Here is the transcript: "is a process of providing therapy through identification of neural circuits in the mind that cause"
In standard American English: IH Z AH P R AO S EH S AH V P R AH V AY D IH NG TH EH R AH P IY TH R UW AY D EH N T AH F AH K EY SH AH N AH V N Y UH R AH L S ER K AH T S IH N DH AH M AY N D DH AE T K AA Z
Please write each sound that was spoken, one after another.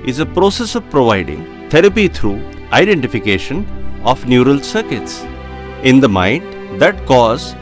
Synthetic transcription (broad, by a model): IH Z AH P R AO S EH S AH V P R AH V AY D IH NG T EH R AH P IY T R UW AY D EH N T AH F AH K EY SH AH N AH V N Y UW R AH L S ER K AH T S IH N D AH M AY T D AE T K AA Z